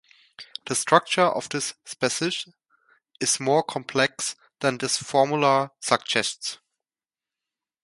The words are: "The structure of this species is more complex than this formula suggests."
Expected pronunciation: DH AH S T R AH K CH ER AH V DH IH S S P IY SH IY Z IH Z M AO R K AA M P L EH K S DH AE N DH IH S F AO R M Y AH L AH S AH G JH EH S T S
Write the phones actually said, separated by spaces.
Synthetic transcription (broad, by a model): DH AH S T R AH K CH ER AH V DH IH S S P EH S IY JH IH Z M AO R K AA M P L EH K S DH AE N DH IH S F AO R M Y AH L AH S AH G JH EH S T S